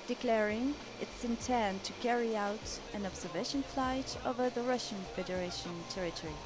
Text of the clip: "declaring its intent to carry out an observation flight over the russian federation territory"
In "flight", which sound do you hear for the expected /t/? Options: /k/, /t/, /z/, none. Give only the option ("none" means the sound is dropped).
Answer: /t/